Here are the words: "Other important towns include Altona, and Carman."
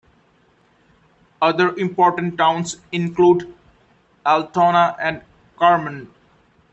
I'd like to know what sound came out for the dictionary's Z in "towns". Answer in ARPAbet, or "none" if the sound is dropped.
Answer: S